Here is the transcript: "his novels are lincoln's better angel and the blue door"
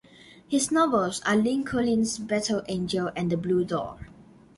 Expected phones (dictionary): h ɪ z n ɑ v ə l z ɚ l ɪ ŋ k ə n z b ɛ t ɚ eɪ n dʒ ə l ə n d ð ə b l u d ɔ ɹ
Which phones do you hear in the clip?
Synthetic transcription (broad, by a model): h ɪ s n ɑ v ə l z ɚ l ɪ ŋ k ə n s b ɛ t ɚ eɪ n dʒ ə l ə n d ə b l u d ɔ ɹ